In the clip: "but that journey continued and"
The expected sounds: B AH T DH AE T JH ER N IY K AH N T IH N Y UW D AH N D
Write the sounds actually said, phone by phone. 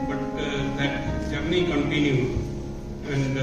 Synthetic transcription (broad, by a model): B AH T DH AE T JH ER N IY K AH N T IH N Y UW AH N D